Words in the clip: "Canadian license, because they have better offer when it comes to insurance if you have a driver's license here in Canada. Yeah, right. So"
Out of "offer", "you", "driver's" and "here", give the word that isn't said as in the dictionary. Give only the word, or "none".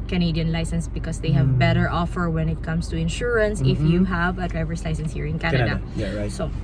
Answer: driver's